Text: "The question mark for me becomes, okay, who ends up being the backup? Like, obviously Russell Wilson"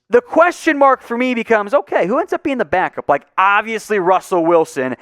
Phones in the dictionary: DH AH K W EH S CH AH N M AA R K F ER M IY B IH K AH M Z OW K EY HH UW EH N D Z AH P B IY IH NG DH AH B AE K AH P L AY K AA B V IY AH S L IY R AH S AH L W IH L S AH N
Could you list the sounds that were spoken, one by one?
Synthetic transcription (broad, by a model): DH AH K W EH S CH AH N M AA R K F ER M IY B IH K AH M Z OW K EY HH UW EH N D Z AH P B IY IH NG DH AH B AE K AH P L AY K AA B V IY AH S L IY R AH S L W IH L S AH N